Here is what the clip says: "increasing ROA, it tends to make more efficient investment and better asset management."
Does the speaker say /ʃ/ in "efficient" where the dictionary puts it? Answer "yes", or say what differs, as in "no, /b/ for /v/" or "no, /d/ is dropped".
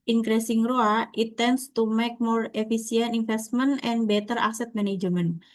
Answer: no, /s/ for /ʃ/